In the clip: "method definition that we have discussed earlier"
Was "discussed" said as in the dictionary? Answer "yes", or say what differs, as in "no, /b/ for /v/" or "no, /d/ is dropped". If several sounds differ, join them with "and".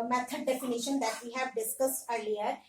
yes